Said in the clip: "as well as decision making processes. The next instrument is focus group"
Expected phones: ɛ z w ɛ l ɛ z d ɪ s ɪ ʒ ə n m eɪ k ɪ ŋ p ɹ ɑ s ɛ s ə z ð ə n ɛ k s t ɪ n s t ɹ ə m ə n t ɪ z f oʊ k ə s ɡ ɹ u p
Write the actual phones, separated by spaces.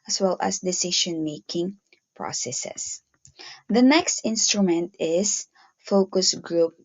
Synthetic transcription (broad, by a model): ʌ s w ɛ l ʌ s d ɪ s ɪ ʃ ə n m eɪ k ɪ ŋ p ɹ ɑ s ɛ s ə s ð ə n ɛ k s t ɪ n s t ɹ ə m ə n t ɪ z f oʊ k ə s ɡ ɹ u p